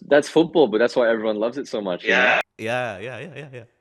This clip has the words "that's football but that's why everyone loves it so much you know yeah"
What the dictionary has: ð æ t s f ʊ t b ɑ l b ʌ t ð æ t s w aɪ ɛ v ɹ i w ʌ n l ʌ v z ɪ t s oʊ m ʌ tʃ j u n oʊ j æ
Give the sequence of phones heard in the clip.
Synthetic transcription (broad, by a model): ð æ t s f ʊ t b ɑ l b ʌ t ð æ t s w aɪ ɛ v ɹ i w ʌ n l ʌ v z ɪ t s oʊ m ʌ tʃ j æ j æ j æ